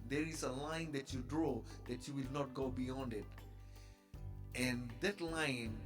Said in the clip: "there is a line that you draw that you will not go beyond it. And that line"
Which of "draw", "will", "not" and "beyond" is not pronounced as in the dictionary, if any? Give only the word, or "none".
none